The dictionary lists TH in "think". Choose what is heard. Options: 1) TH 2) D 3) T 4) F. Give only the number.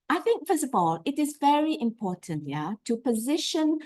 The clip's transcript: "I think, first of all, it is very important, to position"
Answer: 1